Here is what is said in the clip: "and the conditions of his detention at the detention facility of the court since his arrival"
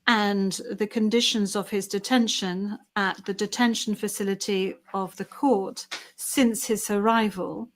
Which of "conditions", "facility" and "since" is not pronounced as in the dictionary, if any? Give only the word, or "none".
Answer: none